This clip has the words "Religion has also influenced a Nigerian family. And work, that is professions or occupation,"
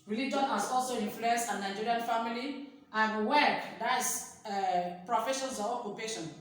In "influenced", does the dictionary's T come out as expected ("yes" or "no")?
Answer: no